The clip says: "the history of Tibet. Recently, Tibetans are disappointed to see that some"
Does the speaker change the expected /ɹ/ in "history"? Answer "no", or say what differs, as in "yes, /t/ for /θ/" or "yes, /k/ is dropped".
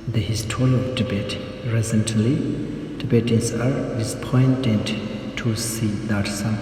yes, /ɹ/ is dropped